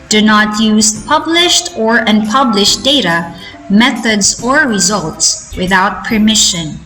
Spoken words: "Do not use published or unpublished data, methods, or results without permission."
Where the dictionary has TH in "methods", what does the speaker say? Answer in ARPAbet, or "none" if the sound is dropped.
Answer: TH